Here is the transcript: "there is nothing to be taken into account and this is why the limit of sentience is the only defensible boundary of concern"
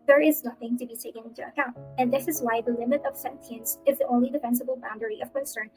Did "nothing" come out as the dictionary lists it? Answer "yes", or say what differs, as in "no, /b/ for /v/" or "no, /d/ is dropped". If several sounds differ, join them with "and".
yes